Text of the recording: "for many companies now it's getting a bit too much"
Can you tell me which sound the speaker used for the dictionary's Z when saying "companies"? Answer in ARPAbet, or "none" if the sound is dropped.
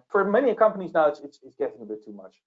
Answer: Z